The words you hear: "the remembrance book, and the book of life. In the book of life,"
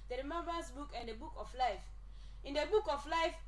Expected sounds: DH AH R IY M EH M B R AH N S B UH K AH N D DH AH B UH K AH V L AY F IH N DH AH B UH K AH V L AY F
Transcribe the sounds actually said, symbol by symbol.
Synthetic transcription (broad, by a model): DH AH R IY M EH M B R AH S B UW K AH N D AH B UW K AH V L AY F IH N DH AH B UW K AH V L AY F